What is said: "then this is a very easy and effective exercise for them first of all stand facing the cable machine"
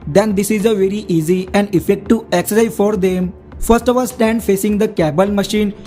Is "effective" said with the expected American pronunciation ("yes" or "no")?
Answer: no